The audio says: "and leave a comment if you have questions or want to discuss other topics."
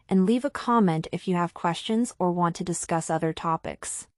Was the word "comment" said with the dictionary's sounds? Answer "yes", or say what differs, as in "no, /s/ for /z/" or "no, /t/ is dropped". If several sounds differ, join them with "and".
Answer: yes